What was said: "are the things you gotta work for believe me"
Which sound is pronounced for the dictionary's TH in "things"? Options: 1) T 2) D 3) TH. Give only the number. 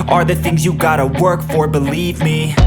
3